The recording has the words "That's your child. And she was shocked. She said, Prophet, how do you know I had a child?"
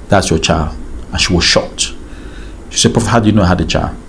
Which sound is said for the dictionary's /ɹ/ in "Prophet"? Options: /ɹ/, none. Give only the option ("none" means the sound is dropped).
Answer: none